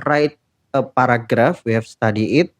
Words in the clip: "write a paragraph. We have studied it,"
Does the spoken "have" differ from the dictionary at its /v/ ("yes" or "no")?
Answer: yes